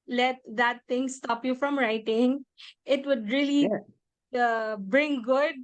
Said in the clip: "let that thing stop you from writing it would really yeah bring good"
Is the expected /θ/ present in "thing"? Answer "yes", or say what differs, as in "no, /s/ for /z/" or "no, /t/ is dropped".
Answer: no, /t/ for /θ/